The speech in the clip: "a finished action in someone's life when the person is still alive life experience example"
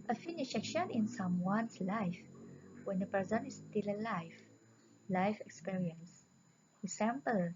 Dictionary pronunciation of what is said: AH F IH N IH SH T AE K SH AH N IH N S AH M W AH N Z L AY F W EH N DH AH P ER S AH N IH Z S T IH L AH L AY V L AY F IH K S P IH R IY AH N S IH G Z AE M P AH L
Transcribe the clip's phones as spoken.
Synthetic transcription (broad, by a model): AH F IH N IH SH EH K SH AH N IH N S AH M W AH N S L AY F W EH N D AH P ER S AH N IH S T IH L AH L AY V L AY F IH K S P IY R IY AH N S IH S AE M P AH L